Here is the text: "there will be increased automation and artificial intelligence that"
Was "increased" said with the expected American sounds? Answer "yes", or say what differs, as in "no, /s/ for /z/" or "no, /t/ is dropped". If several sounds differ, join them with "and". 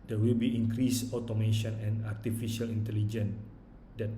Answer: no, /t/ is dropped